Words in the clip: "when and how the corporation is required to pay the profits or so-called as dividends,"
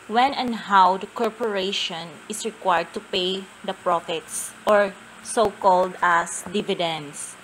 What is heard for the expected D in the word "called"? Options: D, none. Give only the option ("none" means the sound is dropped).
D